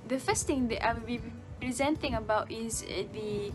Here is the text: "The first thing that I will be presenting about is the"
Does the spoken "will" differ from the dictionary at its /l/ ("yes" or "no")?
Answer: yes